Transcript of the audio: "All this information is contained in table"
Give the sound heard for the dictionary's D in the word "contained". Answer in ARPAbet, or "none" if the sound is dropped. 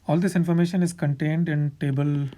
D